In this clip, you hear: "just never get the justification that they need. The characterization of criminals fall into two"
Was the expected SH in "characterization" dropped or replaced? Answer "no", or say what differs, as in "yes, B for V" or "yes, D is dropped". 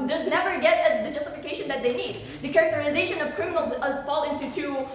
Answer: no